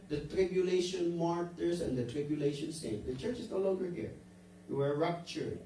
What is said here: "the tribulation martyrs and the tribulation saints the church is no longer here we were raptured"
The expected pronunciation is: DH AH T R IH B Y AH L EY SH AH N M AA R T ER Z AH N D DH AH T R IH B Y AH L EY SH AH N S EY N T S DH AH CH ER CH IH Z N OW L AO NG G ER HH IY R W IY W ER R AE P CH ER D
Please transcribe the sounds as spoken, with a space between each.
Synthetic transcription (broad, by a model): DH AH T R IH B Y AH L EY SH AH N M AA R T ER S AH N D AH T R IH B Y AH L EY SH AH N S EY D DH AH CH ER CH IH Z N OW L AO NG G ER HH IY R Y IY W ER R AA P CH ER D